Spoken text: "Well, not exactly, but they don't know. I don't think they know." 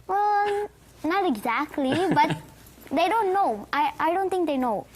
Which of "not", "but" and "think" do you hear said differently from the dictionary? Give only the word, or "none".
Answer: think